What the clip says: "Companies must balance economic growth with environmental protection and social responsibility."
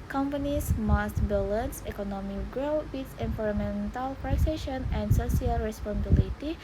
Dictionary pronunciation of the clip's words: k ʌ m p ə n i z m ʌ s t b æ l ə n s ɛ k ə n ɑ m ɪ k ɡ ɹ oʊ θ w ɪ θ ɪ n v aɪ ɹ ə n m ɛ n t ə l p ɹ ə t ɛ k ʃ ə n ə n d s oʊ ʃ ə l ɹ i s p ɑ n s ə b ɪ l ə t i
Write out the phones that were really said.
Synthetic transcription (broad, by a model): k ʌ m p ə n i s m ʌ s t b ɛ l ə n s ɛ k ə n ɑ m ɪ k ɡ ɹ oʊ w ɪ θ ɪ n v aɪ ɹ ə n m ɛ n t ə l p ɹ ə s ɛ ʃ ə n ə n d s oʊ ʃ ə l ɹ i s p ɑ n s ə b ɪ l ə t i